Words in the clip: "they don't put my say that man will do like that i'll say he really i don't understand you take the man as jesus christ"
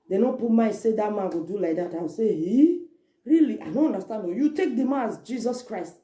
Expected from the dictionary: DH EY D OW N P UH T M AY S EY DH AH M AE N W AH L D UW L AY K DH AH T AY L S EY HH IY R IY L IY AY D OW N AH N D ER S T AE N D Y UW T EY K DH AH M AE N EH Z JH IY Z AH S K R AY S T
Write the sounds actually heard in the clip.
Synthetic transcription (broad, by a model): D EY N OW P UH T M AY S EY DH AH M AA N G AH D UW L AY K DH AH T AY W S EY HH IY R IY L IY AY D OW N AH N D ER S T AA N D Y UW T EY K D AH M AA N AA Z JH IY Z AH S K R AY S T